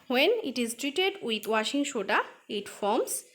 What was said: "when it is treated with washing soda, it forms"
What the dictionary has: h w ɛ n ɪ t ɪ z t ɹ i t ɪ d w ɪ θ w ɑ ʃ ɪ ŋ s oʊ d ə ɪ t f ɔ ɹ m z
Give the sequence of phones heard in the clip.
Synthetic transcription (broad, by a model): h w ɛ n ɪ t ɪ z t ɹ i t ɪ d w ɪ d w ɑ ʃ ɪ ŋ ʃ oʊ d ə ɪ t f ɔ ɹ m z